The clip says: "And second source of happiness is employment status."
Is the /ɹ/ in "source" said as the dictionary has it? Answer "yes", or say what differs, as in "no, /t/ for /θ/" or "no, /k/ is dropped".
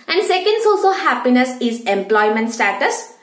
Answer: no, /l/ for /ɹ/